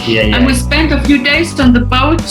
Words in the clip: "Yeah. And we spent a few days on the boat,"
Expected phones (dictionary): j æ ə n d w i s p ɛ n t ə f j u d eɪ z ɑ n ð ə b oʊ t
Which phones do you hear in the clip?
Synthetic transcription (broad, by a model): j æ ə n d w i s p ɛ n t ə f j u d eɪ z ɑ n ð ə b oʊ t